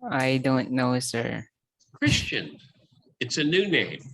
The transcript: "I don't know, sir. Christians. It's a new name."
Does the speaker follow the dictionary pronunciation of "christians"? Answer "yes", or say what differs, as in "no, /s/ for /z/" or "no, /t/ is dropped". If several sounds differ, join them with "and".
no, /z/ is dropped